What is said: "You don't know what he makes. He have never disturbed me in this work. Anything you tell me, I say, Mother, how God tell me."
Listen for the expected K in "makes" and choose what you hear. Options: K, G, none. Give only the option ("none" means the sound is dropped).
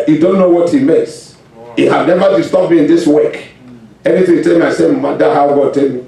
none